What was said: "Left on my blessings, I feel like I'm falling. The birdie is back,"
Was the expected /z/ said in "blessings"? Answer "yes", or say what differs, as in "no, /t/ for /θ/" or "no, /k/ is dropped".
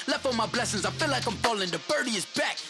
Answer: yes